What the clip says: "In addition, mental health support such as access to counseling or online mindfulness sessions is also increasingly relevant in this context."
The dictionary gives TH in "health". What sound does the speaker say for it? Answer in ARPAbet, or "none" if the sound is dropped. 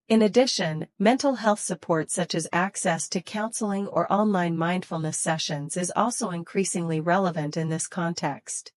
TH